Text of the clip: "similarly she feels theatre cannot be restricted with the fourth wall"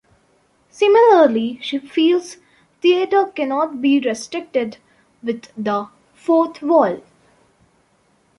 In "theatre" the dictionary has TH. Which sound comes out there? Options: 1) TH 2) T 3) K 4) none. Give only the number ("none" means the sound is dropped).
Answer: 2